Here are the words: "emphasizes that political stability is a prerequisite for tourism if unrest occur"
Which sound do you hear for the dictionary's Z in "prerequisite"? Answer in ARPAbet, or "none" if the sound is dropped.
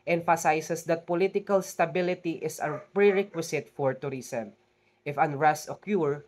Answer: S